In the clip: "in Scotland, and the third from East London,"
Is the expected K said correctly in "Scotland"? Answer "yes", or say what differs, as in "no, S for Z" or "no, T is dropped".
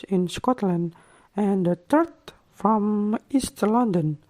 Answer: yes